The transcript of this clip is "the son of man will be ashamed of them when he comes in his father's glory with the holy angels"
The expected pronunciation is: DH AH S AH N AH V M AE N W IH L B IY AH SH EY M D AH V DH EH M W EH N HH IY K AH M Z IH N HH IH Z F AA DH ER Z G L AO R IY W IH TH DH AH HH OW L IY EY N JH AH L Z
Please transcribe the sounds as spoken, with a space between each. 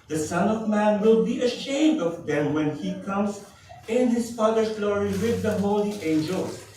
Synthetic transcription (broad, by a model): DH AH S AH N AH V M AE N W IH L B IY AH SH EY M D AH V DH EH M W EH N HH IY K AH M Z IH N HH IH Z F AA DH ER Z G L AO R IY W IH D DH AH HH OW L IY EY N JH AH L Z